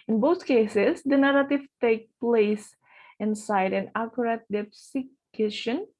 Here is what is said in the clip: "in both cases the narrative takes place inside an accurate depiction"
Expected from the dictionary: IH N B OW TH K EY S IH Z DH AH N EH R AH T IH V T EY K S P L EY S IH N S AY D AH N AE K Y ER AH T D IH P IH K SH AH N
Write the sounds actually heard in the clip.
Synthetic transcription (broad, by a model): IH N B OW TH K EY S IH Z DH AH N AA R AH T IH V T EY K P L EY S IH N S AY D AH N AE K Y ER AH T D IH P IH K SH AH N